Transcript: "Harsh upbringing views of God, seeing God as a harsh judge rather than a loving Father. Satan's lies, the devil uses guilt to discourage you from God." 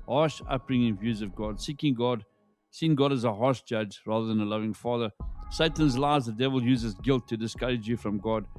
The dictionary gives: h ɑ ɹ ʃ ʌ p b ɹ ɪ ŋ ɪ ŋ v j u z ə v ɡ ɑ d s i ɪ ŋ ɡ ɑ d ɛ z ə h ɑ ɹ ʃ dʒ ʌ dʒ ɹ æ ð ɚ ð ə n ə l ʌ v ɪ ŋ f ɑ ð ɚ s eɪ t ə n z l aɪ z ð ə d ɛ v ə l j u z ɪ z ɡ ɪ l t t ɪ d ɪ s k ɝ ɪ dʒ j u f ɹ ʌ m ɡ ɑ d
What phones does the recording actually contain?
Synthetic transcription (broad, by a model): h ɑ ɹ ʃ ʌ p ɹ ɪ ŋ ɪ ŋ v j u z ə v ɡ ɑ d s i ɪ ŋ ɡ ɑ d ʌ z ə h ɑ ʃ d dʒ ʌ dʒ ɹ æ ð ɚ ð ə n ə l ʌ v ɪ ŋ f ɑ ð ɚ s eɪ t ə n z l aɪ z ð ə d ɛ v ə l j u z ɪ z ɡ ɪ l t t ɪ d ɪ s k ɝ ɪ dʒ j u f ɹ ʌ m ɡ ɑ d